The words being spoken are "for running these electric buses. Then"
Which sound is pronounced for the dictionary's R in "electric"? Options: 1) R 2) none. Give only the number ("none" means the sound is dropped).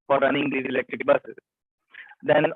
1